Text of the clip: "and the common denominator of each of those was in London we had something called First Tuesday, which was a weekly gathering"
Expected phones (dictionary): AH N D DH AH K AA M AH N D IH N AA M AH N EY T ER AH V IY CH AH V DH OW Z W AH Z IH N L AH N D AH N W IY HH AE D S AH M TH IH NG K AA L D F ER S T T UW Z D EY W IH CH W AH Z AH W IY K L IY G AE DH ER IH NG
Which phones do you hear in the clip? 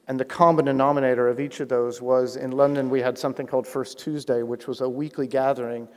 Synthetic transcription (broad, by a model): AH N DH AH K AA M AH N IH N AA M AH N EY T ER AH V IY CH AH V DH OW Z W AH Z IH N L AH N D AH N W IY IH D S AH M TH IH NG K AA L D F ER S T T UW Z D EY W IH CH W AH Z AH W IY K L IY G AE DH ER IH NG